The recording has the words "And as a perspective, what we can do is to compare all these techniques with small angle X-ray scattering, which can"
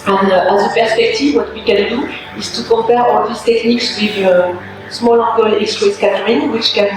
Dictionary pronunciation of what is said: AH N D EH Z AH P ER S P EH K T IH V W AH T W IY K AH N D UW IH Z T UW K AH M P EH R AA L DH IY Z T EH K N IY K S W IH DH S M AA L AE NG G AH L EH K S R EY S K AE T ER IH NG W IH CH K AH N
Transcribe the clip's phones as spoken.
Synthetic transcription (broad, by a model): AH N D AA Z AH P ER S P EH K T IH V W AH T W IY K AH N D UW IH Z T UW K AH P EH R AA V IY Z T EH K N IY K S W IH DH S M AA L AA G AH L EH K S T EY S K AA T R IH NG W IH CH K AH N